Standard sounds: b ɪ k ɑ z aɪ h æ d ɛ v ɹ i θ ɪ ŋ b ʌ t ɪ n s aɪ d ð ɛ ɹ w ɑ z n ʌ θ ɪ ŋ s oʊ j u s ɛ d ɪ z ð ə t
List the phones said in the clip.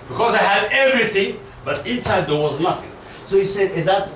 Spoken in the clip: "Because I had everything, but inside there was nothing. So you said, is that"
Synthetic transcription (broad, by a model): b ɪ k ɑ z aɪ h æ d ɛ v ɹ i θ ɪ ŋ b ʌ t ɪ n s aɪ d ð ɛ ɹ w ɑ z n ʌ θ ɪ ŋ s oʊ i s ɛ d ɪ z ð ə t